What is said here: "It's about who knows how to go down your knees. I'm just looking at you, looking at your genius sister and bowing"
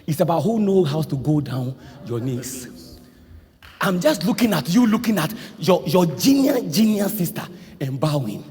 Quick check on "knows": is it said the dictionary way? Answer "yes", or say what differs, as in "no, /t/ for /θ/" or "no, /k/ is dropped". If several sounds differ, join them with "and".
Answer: no, /z/ is dropped